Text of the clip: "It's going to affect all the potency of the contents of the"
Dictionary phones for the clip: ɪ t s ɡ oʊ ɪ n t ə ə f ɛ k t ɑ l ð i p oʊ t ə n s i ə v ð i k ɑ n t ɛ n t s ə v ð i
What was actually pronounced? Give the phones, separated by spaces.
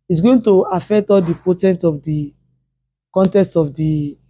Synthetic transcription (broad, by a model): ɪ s ɡ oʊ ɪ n t ə ə f ɛ k t ɑ l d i p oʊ t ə n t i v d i k ɑ n t ɛ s t ə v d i